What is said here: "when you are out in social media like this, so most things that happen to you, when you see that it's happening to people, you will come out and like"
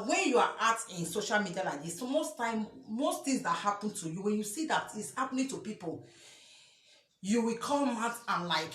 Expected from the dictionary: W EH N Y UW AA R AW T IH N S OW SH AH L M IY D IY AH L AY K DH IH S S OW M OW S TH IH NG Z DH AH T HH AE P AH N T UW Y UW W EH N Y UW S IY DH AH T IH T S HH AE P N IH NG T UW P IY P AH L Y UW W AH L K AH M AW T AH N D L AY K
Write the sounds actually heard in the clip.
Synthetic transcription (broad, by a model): W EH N Y UW AA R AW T IH N S OW SH AH L M IY D IY AH L AY K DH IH S S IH M OW S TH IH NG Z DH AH T HH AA P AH N T UW Y UW W EH N Y UW S IY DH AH T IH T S HH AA P N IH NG T UW P IY P AH L Y UW W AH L K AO M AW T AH N L AY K